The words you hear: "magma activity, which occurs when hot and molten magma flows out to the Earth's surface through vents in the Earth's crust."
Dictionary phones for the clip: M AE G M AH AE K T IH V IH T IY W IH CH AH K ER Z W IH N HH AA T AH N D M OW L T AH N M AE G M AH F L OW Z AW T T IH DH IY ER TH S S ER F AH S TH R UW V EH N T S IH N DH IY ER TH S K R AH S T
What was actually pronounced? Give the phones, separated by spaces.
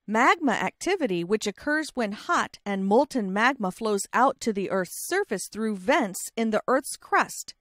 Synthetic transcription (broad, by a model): M AE G M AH AE K T IH V IH T IY W IH CH AH K ER Z W IH N HH AA T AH N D M OW L T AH N M AE G M AH F L OW Z AW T T IH DH IY ER TH S S ER F AH S TH R UW V EH N T S IH N DH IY ER TH S K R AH S T